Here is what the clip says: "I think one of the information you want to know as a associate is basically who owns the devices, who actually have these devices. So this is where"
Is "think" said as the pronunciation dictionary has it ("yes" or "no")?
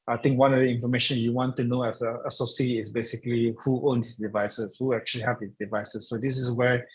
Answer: no